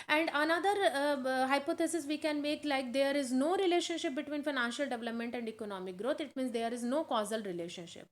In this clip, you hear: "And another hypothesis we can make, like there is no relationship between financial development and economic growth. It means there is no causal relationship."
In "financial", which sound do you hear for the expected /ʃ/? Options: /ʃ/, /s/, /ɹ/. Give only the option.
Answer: /ʃ/